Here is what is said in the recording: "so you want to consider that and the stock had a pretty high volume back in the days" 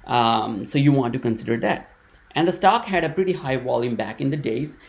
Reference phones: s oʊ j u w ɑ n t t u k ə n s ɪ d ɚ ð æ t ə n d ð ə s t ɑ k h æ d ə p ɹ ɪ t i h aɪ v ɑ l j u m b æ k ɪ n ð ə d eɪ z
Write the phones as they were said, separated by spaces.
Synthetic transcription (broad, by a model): s oʊ j u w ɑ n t t u k ə n s ɪ d ɚ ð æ t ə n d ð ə s t ɑ k h æ d ə p ɹ ɪ t i h aɪ v ɑ l j u m b æ k ɪ n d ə d eɪ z